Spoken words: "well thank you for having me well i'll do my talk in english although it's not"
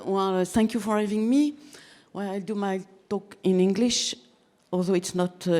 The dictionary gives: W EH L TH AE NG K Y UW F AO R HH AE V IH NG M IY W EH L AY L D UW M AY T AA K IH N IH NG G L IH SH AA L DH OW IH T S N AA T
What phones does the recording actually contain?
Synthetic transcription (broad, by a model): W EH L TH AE NG K Y UW F AO R HH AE V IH NG M IY W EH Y AY L D UW M AY T AA K IH N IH NG G L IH SH AA L DH OW IH T S N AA T